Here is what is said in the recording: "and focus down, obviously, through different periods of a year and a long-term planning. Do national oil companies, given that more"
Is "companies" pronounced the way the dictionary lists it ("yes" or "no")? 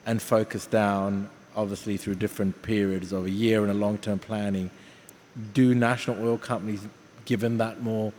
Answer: yes